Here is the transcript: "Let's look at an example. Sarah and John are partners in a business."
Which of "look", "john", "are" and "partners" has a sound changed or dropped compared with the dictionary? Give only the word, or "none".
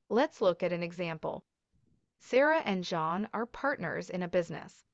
none